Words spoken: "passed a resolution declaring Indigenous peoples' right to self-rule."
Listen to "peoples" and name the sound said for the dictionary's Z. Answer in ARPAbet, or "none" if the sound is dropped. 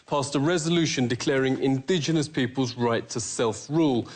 Z